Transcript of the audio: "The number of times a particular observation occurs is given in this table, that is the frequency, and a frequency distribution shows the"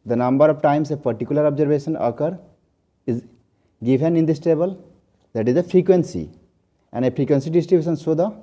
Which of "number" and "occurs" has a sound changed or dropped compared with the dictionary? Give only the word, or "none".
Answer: occurs